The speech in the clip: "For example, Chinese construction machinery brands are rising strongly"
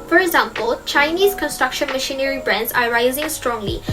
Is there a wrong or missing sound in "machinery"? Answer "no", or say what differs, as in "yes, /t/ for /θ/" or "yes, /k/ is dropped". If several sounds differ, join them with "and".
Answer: no